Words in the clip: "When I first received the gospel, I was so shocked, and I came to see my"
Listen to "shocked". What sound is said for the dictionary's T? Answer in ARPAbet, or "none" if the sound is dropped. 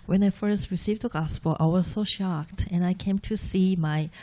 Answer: T